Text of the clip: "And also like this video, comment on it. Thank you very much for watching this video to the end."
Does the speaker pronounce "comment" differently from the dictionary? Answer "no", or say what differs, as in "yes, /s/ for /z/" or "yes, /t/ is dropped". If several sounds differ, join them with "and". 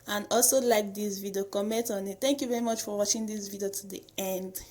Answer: no